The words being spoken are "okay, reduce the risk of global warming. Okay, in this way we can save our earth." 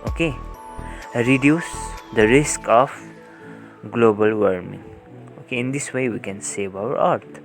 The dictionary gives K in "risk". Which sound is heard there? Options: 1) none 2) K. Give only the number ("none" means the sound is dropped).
2